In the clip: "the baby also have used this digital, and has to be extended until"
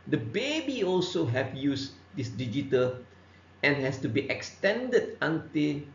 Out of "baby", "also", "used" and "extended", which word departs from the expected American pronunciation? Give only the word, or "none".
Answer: used